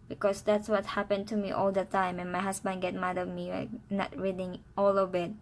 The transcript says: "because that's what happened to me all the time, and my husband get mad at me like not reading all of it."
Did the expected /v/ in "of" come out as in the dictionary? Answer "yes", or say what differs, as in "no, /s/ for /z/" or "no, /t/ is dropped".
no, /b/ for /v/